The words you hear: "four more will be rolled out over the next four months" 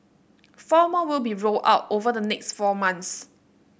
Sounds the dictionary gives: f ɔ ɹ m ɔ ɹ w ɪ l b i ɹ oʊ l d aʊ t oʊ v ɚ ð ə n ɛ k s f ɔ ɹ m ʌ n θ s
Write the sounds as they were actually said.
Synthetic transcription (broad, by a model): f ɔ m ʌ w ɪ l b i ɹ oʊ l aʊ t oʊ v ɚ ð ə n ɛ k s f ɔ m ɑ n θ s